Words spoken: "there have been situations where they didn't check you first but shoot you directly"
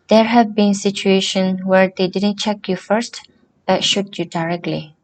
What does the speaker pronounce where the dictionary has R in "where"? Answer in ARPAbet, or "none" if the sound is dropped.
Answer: R